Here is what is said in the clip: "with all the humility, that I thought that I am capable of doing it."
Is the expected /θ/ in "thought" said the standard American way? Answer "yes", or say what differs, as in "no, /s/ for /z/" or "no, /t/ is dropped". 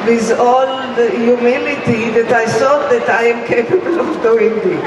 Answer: no, /s/ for /θ/